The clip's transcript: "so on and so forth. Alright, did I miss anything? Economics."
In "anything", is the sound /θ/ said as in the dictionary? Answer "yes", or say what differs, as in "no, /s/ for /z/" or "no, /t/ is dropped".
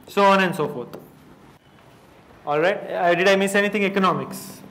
no, /t/ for /θ/